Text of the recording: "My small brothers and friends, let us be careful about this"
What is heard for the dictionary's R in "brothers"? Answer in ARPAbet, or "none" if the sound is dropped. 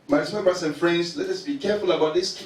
none